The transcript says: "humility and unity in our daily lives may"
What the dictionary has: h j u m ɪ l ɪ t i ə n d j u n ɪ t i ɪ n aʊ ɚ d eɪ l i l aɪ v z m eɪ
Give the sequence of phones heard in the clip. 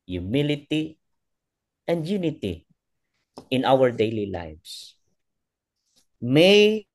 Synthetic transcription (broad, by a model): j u m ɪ l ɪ t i ə n d j u n ɪ t i ɪ n aʊ ɚ d eɪ l i l aɪ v s m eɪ